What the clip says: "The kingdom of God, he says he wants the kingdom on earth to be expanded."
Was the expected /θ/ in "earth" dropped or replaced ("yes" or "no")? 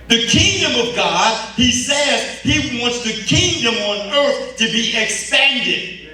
no